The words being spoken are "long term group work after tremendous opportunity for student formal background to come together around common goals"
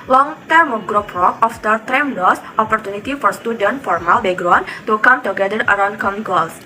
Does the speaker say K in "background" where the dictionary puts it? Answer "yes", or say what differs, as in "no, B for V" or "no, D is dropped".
no, K is dropped